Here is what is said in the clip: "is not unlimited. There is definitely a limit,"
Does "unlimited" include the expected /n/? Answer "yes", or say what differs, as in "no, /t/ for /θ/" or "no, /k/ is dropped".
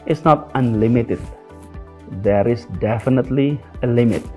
yes